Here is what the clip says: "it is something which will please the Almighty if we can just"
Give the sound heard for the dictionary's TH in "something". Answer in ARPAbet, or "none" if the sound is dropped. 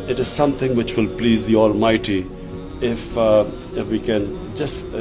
T